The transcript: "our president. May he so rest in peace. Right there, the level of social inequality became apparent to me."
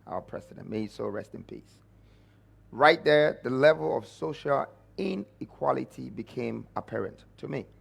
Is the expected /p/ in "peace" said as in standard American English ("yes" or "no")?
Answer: yes